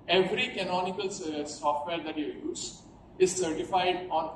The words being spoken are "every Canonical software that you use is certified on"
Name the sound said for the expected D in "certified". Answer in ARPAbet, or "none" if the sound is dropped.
D